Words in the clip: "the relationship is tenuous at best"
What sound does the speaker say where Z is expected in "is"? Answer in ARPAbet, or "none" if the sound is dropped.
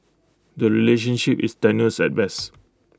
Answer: S